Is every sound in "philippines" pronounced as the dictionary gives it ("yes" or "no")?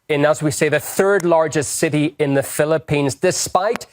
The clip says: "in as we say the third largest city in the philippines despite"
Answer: yes